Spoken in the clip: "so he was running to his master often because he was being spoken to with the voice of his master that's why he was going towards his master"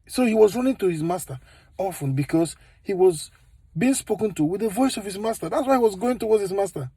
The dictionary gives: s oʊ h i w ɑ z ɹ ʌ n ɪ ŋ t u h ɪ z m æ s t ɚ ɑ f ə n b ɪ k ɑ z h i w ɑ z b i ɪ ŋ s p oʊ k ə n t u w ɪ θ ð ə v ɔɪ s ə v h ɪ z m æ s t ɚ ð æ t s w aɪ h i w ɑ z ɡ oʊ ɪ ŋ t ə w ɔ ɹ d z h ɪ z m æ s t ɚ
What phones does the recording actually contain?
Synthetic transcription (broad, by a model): s oʊ h i w ɑ z ɹ ʌ n ɪ ŋ t u h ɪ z m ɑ s t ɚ ɑ f ə n b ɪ k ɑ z h i w ɑ z b i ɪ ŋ s p oʊ k ə n t u w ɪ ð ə v ɔɪ s ə v h ɪ z m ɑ s t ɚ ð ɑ t s w aɪ h i w ɑ z ɡ oʊ ɪ ŋ t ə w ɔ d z h ɪ z m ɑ s t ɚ